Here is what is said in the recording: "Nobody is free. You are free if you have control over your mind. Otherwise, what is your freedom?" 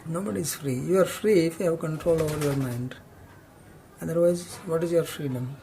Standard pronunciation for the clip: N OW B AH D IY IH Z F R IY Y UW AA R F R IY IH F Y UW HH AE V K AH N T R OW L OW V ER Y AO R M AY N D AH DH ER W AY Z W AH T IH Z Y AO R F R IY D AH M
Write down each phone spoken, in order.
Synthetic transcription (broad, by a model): N OW B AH D IY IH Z F R IY Y UW AA R F R IY IH F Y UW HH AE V K AH N T R OW L OW V ER Y AO R M AY N D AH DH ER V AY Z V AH T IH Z Y AO R F R IY D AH M